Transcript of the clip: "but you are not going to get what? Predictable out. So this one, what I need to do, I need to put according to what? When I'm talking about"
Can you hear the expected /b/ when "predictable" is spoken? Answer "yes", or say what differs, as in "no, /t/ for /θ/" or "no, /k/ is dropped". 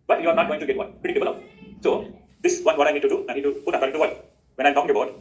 no, /b/ is dropped